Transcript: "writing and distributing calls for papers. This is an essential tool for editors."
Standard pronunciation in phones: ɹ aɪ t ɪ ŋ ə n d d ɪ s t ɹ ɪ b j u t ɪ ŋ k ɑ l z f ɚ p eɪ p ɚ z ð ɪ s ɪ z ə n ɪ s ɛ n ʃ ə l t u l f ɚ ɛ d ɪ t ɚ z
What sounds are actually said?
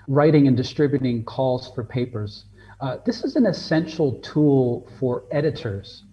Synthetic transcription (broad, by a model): ɹ aɪ t ɪ ŋ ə n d d ɪ s t ɹ ɪ b j u t ɪ ŋ k ɑ l z f ɚ p eɪ p ɚ z ð ɪ s ɪ z ə n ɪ s ɛ n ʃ l t u l f ɚ ɛ d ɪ t ɚ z